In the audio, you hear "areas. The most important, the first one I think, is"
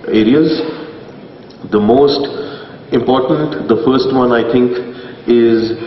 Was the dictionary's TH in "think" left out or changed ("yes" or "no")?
yes